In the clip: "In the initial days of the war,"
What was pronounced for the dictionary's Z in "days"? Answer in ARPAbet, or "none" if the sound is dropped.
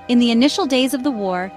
Z